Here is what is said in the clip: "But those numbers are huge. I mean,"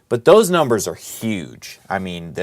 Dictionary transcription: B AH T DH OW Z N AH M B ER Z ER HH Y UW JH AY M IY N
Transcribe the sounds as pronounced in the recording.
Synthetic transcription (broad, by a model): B AH T DH OW Z N AH M B ER Z ER HH Y UW JH AY M IY N